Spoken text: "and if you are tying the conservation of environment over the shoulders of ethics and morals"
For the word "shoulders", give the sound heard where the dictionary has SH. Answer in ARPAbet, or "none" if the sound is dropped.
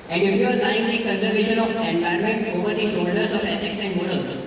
S